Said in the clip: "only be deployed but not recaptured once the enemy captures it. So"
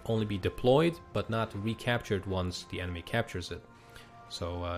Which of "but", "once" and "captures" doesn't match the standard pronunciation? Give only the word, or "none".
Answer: none